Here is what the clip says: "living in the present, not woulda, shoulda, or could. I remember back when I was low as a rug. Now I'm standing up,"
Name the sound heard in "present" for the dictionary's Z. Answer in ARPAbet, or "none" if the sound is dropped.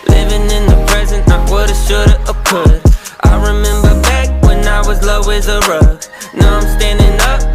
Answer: Z